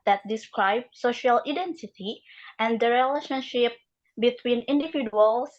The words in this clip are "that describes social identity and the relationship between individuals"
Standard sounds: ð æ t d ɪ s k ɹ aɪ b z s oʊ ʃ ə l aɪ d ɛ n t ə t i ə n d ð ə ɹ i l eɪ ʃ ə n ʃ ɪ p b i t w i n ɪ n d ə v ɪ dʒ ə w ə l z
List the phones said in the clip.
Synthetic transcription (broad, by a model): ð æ t d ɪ s k ɹ aɪ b s oʊ ʃ ə l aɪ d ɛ n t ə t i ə n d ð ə ɹ i l eɪ ʃ ə n ʃ ɪ p b i t w i n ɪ n d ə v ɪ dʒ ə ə l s